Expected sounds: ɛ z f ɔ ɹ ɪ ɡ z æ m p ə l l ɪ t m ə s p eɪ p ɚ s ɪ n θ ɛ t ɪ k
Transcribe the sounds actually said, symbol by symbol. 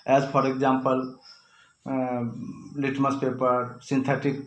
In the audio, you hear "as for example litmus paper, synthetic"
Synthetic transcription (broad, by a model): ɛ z p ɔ ɹ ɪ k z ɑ m p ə l l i t m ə s p eɪ p ɚ s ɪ n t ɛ t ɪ k